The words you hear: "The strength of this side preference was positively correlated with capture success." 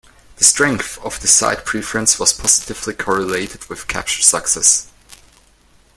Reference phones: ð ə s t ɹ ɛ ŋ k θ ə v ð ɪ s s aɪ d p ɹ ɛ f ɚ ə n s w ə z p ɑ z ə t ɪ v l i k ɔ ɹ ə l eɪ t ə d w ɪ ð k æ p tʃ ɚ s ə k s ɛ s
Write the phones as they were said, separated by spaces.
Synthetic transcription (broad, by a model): ð ə s t ɹ ɛ ŋ k θ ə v ð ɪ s s aɪ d p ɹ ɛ f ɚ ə n s w ə z p ɑ z ə t ɪ v l i k ɔ ɹ ə l eɪ t ə d w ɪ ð k æ p tʃ ɚ s ə k s ɛ s